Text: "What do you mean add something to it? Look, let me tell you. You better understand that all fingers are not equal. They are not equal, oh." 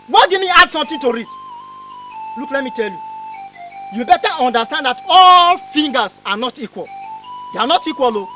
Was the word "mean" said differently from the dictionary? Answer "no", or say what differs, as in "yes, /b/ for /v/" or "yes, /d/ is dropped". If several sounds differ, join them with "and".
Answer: yes, /n/ is dropped